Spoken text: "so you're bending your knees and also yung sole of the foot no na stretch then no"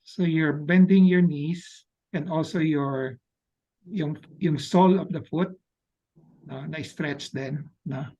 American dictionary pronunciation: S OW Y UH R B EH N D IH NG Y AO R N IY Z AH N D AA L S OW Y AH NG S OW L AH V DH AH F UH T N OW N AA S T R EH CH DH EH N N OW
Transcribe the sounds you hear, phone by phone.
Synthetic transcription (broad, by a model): S OW Y UH R B EH N D IH NG Y AO R N IY S AH N D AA L S OW Y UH NG S OW L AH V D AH F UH T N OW N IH S T R EH CH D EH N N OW